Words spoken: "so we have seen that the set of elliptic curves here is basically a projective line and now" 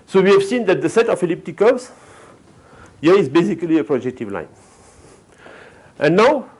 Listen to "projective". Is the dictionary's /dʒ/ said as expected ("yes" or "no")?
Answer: yes